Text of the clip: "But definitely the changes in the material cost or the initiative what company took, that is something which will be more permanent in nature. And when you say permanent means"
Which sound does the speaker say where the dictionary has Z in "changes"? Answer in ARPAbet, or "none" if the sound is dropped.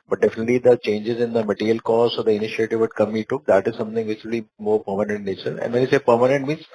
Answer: Z